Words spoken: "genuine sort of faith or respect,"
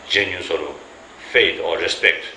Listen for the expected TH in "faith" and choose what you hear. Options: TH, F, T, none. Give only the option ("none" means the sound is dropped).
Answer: T